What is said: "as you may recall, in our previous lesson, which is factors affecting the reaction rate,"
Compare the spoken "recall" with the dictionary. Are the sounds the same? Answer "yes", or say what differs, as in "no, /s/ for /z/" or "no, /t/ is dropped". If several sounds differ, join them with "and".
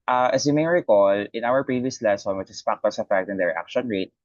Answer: yes